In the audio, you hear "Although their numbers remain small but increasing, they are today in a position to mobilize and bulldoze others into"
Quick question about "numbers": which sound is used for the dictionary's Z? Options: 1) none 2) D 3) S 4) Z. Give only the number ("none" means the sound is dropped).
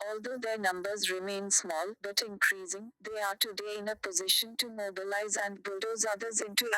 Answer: 4